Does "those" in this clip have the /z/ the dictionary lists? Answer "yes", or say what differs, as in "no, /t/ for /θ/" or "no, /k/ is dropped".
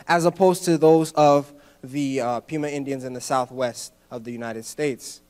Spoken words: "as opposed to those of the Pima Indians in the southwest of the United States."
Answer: yes